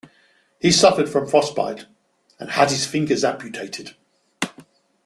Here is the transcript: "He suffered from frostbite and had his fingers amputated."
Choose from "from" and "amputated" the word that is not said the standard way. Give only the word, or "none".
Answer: amputated